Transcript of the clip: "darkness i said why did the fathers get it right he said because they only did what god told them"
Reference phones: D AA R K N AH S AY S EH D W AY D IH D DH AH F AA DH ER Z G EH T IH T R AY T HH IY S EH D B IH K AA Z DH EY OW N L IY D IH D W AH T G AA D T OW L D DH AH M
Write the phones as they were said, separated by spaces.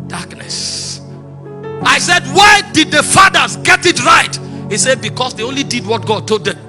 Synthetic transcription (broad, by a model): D AA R K N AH S AY S EH D W AY D IH D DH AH F AA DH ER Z G EH T IH T R AY T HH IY S EH D B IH K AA S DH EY OW N L IY D IH D W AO T G AA D T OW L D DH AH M